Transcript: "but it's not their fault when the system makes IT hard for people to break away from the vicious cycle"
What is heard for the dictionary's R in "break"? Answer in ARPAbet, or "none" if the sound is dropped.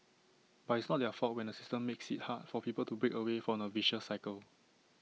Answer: R